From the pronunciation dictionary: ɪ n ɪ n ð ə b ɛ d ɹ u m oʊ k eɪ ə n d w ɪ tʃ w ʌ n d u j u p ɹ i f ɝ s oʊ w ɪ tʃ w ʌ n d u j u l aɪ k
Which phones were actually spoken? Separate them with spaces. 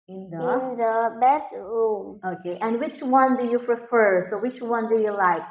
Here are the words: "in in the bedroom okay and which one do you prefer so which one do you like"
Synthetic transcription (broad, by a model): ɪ n ɪ n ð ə b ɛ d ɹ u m oʊ k eɪ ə n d w ɪ tʃ w ʌ n d u j u p ɹ i f ɝ s oʊ w ɪ tʃ w ʌ n d u j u l aɪ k